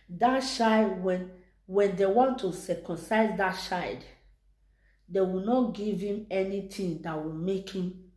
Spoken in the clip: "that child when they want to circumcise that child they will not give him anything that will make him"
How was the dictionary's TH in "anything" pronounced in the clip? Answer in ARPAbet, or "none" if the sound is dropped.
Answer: T